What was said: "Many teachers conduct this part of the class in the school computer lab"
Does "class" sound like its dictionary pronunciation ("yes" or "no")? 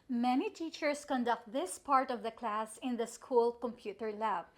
yes